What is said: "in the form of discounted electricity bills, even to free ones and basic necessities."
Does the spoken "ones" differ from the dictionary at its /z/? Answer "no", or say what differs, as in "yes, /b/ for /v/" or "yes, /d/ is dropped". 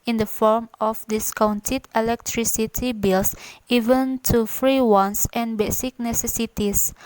yes, /s/ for /z/